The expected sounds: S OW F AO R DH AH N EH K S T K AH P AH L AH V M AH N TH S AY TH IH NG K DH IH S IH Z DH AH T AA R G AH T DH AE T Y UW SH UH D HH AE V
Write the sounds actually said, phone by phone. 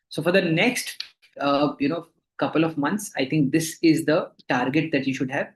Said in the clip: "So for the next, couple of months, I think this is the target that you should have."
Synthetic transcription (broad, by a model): S OW F AO R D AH N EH K S T K AH P AH L AH V M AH N T S AY T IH NG K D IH S IH Z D AH T AA R G AH T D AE T Y UW SH UH D HH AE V